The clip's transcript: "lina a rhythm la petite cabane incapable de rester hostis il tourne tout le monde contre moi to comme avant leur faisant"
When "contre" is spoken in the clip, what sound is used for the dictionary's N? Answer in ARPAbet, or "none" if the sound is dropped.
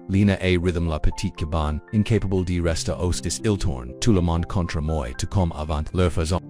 N